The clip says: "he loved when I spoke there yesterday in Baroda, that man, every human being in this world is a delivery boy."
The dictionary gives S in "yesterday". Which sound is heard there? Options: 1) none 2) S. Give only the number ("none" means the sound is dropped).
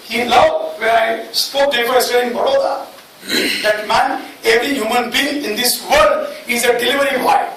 1